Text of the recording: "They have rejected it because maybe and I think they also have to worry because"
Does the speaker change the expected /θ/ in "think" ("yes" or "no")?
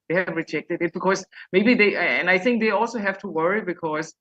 no